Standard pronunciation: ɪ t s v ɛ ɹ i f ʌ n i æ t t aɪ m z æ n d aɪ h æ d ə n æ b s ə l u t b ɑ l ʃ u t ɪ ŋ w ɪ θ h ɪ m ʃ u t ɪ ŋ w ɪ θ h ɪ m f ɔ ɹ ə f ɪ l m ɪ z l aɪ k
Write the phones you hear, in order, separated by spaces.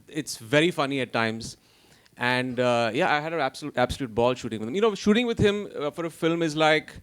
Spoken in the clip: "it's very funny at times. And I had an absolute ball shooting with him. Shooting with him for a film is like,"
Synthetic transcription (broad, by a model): ɪ t s v ɛ ɹ i f ʌ n i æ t t aɪ m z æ n d aɪ h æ d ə l æ b s ə l u t b ɑ l ʃ u t ɪ ŋ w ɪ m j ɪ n ʃ u t ɪ ŋ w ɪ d h ɪ m f ɔ ɹ ə f ɪ l m ɪ z l aɪ k